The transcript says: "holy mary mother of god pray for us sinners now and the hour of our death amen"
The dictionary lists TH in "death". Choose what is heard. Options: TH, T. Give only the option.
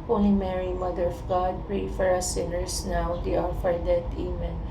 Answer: T